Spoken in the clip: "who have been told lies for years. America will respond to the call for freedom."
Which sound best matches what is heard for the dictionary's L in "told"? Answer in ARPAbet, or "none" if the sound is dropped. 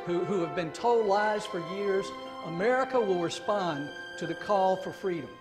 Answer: none